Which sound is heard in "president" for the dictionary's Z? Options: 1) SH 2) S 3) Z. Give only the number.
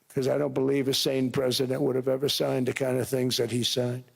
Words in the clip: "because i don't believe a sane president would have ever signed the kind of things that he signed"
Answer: 3